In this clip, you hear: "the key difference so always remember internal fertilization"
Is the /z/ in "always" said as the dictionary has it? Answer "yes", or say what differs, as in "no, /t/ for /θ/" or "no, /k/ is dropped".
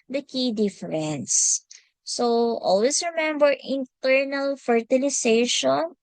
no, /s/ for /z/